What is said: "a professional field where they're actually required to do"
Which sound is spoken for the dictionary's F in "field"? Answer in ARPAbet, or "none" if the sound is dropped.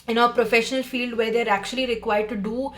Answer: F